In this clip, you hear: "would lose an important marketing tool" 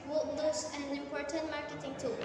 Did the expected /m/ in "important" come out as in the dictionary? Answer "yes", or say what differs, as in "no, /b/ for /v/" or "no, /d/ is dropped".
yes